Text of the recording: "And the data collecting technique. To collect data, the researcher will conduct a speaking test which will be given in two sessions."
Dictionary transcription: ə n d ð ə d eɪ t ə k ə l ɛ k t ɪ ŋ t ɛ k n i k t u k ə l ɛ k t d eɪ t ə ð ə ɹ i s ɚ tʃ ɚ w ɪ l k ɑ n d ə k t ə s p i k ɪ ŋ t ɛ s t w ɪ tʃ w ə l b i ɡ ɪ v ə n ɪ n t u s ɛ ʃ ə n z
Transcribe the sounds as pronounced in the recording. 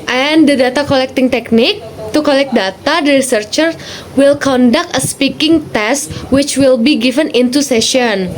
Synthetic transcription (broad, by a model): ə n d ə d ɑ t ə k ə l ɛ k t ɪ ŋ t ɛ k n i k t u k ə l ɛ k d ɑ t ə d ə ɹ i s ɚ tʃ ɚ w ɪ l k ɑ n d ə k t ə s p i k ɪ ŋ t ɛ s t w ɪ tʃ w ə l b i ɡ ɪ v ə n ɪ n t u s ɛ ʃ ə n